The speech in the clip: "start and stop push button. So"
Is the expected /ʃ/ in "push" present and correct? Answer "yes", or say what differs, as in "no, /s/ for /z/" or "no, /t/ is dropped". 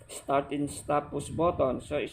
no, /s/ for /ʃ/